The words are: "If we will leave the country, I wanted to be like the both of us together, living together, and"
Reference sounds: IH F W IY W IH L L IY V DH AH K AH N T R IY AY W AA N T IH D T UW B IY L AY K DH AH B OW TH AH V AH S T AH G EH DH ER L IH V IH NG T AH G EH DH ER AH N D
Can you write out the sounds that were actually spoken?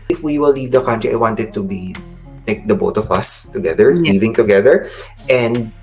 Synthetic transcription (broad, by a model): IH F W IY W IH L L IY V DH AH K AH N T R IY AY W AA N T IH D T UW B IY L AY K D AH B OW T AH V AH S T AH G EH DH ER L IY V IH NG T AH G EH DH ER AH N D